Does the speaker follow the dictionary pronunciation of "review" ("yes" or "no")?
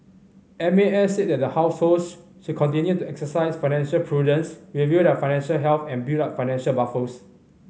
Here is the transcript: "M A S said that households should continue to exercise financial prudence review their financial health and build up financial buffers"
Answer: no